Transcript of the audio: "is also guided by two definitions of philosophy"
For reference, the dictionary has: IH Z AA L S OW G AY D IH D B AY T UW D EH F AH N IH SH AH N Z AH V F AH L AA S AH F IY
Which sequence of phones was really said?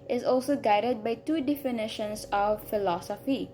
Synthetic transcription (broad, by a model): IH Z AA L S OW G AY D IH D B AY T UW D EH F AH N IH SH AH N S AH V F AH L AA S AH F IY